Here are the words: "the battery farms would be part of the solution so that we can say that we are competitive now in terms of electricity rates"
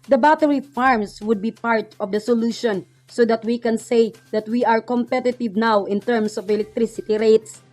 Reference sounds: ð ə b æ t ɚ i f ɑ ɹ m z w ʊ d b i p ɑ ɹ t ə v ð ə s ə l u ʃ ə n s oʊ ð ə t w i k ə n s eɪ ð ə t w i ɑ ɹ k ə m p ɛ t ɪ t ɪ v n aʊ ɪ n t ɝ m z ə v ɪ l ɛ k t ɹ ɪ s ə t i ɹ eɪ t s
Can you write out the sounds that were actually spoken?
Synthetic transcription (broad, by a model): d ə b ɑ t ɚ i f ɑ ɹ m s w ʊ d b i p ɑ ɹ t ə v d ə s ə l u ʃ ə n s oʊ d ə t w i k ə n s eɪ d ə t w i ɑ ɹ k ə m p ɛ t ɪ t ɪ v n aʊ ɪ n t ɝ m s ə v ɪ l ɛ k t ɹ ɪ s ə t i ɹ eɪ t s